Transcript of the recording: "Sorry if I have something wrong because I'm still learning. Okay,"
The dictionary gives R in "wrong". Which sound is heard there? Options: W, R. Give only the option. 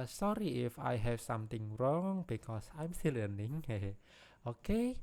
R